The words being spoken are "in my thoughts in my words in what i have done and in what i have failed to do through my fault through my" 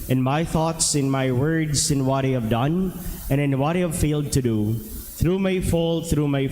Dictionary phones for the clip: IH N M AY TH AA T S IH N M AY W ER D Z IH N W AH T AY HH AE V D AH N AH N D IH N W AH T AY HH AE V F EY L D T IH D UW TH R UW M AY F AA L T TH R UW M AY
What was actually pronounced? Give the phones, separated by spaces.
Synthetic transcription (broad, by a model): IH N M AY TH AA T S IH N M AY W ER D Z IH N W AH T AY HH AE V D AH N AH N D IH N W AH T AY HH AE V F EY L D T IH D UW TH R UW M AY F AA L TH R UW M AY